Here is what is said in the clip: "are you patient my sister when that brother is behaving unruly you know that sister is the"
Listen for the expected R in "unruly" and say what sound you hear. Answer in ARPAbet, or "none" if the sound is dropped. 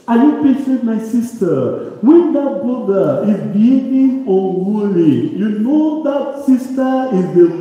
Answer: W